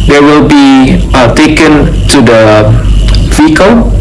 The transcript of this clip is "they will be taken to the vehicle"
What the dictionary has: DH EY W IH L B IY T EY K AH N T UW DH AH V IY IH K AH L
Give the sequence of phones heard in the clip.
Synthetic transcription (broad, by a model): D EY W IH L B IY T EY K AH N T UW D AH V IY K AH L